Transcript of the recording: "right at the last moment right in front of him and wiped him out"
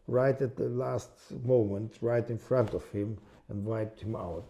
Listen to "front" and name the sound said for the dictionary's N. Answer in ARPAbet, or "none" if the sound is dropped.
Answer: N